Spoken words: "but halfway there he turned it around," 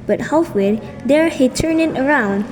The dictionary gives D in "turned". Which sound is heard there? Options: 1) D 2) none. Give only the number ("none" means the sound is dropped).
2